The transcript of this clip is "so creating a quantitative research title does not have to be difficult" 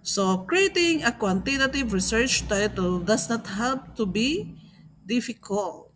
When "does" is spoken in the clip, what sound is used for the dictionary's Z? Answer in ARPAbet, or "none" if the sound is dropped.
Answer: S